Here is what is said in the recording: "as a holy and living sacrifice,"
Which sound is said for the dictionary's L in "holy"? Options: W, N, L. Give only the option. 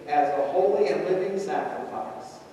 L